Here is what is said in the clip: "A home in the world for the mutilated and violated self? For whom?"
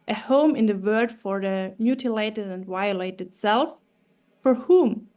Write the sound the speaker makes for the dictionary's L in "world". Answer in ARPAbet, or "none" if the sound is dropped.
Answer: none